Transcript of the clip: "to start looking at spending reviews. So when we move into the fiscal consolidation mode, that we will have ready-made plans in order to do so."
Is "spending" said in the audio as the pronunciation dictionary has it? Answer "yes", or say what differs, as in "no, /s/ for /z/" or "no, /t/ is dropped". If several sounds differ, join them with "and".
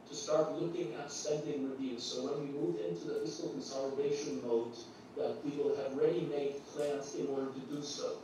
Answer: no, /p/ is dropped